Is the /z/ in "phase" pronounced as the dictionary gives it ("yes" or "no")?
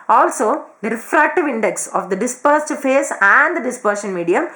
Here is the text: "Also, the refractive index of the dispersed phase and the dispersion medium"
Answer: no